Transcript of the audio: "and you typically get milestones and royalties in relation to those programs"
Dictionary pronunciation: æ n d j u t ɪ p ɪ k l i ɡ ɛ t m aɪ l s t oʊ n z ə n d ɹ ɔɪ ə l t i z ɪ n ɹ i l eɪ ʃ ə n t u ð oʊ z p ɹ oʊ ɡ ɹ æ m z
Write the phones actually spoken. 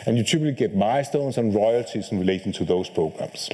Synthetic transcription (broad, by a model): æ n j u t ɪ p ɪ l i ɡ ɛ t m aɪ s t oʊ n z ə n ɹ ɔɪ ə l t i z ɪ n ɹ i l eɪ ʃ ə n t u ð oʊ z p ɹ oʊ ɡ ɹ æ m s